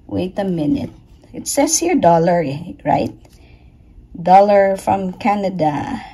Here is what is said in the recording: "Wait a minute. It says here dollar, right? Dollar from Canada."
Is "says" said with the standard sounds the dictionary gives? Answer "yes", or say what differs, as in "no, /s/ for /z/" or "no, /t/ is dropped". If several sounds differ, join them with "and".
no, /s/ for /z/